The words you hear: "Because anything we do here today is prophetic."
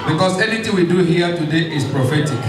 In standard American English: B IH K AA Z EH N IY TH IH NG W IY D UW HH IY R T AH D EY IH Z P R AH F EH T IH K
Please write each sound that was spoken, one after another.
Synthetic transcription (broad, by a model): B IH K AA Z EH N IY T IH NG W IY D UW HH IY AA T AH D EY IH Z P R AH F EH T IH K